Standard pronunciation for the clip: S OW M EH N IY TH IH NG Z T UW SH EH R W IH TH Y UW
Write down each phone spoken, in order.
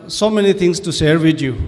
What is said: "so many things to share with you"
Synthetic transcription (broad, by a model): S OW M EH N IY T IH NG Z T UW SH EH R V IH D Y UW